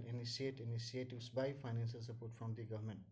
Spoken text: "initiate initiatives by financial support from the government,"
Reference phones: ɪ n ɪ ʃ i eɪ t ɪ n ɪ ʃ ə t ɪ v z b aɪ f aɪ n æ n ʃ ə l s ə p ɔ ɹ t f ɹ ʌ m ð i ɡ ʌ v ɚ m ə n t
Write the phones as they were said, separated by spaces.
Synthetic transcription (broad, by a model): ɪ n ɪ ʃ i eɪ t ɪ n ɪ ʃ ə t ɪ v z b aɪ f aɪ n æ n s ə l s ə p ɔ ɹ t f ɹ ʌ m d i ɡ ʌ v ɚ m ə n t